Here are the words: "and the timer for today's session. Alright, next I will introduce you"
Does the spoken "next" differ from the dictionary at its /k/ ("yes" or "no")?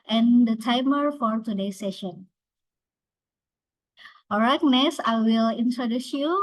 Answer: yes